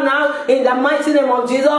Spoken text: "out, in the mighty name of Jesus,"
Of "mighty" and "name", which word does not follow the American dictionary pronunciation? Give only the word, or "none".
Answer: mighty